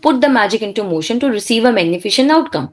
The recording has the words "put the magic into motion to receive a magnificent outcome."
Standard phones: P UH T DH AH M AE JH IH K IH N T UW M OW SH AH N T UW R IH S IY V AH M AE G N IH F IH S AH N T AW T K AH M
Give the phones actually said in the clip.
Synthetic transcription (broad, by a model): P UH T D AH M AE JH IH K IH N T UW M OW SH AH N T UW R IH S IY V AH M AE G N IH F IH SH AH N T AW T K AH M